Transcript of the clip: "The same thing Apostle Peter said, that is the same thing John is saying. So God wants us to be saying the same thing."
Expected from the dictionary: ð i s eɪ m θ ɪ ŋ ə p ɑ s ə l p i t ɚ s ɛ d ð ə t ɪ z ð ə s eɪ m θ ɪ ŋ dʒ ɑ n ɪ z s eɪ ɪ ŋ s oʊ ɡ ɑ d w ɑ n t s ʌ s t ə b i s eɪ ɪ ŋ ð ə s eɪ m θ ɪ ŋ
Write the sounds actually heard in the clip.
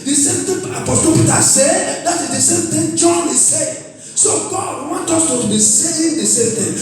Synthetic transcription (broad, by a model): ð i s eɪ m t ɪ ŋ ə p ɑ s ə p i t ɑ s ɛ d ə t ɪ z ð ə s eɪ m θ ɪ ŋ dʒ ɑ n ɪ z s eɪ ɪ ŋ s oʊ ɡ ɑ d w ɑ n t ɔ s t ə b i s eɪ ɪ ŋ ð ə s eɪ m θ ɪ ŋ